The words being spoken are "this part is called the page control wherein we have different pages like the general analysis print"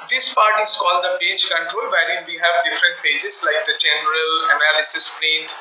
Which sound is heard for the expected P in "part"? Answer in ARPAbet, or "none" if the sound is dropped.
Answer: P